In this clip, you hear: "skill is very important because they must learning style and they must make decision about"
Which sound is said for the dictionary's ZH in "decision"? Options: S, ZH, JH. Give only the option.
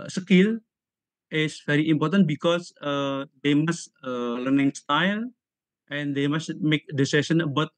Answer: S